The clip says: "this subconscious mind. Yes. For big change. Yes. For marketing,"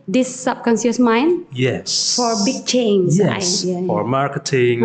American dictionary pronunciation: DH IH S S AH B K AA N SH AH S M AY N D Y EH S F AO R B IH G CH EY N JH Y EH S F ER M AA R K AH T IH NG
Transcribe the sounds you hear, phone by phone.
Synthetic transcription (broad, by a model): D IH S S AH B K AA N S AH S M AY N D Y EH S F AO R B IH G CH EY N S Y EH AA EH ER M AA R K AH T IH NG